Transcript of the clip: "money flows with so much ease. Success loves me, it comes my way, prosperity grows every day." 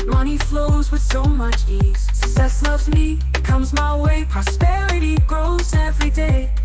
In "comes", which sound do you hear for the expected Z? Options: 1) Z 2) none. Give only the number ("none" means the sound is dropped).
1